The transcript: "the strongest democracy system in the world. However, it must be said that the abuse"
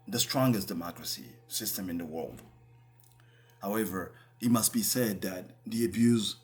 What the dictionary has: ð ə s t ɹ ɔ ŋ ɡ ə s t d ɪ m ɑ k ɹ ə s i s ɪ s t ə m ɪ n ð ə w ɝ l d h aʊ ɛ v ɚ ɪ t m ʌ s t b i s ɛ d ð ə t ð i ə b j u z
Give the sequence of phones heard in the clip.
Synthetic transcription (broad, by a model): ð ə s t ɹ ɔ ŋ ɡ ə s d ɪ m ɑ k ɹ ə s i s ɪ s t ə m ɪ n ð ə w ɝ l d h aʊ ɛ v ɚ ɪ t m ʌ s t b i s ɛ d ð ə t ð i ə b j u z